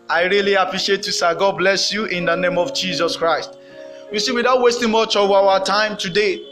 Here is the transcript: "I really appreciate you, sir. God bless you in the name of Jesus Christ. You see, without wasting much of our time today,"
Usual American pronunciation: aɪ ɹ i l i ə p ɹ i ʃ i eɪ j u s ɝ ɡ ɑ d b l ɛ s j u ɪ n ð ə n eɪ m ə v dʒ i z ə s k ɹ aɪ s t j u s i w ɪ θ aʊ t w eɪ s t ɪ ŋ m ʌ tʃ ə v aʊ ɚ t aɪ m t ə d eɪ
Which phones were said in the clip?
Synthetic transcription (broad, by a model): aɪ ɹ i l i ə p ɹ i ʃ i eɪ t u s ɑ ɡ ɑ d b l ɛ s j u ɪ n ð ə n eɪ m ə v dʒ i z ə s k ɹ aɪ s t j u s i w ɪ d aʊ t w eɪ s t ɪ ŋ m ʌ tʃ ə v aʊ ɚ t aɪ m t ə d eɪ